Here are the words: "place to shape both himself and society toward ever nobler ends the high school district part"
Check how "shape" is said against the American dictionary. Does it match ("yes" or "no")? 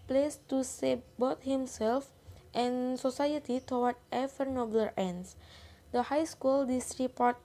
no